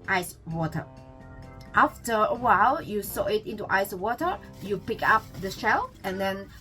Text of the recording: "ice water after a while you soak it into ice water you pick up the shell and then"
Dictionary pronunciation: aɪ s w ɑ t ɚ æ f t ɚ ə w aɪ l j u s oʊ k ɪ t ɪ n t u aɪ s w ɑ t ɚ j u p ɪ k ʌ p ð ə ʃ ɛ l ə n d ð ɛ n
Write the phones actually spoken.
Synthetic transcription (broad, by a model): aɪ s w ɑ t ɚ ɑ f t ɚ ə w aɪ l j u s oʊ ɪ t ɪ n t u aɪ s w ɑ t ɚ j u p ɪ k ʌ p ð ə ʃ ɛ l ə n d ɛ n